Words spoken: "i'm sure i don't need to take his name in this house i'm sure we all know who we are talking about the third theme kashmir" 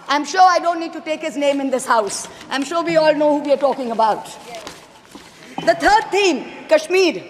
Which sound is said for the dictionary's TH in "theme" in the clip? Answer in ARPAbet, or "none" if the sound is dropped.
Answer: T